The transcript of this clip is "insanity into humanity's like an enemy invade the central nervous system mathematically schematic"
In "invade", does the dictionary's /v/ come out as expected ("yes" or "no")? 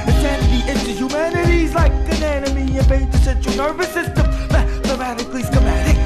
no